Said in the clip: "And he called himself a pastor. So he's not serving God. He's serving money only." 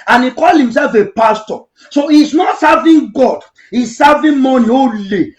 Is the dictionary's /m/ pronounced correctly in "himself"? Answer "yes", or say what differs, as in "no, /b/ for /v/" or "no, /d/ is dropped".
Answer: yes